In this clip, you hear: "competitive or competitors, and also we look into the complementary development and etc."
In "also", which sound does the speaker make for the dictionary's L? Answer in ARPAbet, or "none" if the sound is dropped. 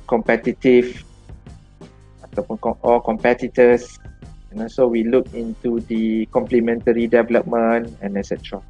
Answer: none